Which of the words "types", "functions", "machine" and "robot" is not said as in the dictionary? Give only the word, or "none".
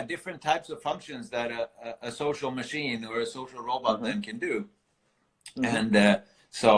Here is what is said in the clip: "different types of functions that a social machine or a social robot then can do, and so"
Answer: none